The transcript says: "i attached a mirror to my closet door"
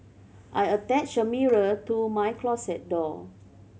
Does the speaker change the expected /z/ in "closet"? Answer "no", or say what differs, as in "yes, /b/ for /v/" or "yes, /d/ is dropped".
yes, /s/ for /z/